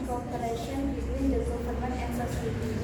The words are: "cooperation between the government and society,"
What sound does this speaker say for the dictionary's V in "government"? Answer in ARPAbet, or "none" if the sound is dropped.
P